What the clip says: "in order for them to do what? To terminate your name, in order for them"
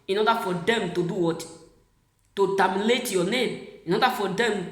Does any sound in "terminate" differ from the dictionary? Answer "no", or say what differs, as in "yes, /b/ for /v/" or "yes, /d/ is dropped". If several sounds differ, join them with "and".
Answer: yes, /l/ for /n/